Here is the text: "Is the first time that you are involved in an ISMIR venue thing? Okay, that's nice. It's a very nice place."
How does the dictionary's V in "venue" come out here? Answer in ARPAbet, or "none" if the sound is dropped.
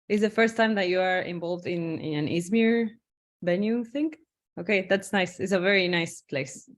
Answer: B